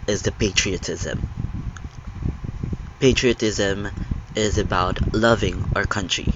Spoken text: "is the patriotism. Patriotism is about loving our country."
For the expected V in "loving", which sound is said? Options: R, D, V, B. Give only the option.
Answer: V